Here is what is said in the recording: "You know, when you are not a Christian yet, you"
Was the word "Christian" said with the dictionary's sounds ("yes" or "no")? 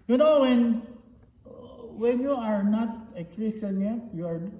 no